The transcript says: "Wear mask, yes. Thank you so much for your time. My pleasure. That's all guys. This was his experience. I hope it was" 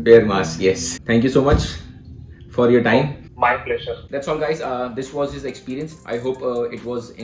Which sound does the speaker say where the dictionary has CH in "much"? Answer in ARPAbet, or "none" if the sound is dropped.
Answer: CH